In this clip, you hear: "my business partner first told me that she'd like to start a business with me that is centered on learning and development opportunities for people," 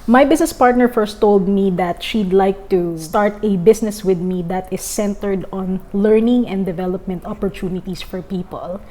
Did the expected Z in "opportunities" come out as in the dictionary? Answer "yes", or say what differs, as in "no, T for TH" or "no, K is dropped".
no, S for Z